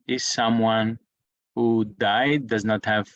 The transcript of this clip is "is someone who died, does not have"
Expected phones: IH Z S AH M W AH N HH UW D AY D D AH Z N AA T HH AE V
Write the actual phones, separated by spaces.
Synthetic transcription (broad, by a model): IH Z S AH M W AH N HH UW D AY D D AH Z N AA T HH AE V